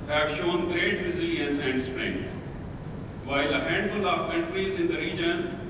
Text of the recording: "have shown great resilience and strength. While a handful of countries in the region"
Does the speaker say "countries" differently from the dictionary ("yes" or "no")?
no